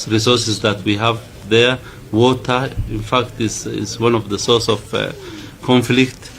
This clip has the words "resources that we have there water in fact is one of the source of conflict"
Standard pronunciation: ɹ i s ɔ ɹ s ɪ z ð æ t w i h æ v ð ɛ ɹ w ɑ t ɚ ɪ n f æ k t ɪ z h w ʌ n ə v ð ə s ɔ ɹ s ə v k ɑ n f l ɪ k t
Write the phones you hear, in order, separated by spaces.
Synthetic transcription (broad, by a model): ɹ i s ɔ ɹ s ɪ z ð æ t w i h æ v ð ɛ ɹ w ɑ t ɚ ɪ n f æ k t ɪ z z w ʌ n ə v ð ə s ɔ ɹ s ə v k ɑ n f l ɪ k t